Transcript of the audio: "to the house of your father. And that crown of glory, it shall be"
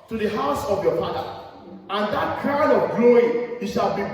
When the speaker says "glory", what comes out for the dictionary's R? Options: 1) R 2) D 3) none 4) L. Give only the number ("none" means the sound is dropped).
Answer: 3